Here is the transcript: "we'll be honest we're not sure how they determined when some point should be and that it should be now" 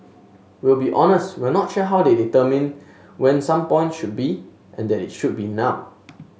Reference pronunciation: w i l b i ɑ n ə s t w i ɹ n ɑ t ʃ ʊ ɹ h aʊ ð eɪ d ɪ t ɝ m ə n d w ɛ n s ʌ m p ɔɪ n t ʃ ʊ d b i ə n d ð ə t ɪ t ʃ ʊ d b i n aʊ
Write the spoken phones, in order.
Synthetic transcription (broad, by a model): w i l b i ɑ n ə s t w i l n ɑ t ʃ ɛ h aʊ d eɪ d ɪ t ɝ m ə n w ɛ n s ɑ m p ɔɪ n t ʃ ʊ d b i ə n d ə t ɪ t ʃ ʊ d b i n aʊ